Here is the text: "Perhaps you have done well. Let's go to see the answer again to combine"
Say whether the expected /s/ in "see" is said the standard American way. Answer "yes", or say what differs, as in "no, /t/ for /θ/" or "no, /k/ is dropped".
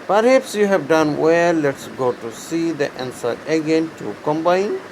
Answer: yes